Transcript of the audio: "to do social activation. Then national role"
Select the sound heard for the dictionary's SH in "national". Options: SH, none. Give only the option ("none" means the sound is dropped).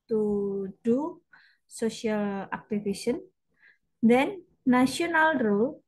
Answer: none